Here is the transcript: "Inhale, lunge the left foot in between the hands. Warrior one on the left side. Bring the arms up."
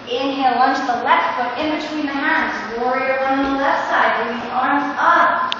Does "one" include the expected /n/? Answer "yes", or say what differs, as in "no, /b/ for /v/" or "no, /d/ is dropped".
no, /n/ is dropped